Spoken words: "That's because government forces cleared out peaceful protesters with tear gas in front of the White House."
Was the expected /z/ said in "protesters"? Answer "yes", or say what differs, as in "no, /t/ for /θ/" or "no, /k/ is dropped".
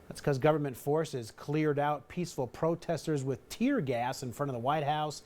yes